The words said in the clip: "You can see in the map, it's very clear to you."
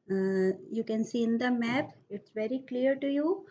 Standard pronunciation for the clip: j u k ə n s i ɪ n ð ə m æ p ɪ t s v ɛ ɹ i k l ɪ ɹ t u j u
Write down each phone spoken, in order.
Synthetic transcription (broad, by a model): j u k ə n s i ɪ n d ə m æ p ɪ t s v ɛ ɹ i k l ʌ ɹ t u j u